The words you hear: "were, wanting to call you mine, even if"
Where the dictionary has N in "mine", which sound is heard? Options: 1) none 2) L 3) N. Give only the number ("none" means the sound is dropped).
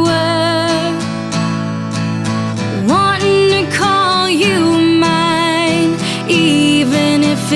3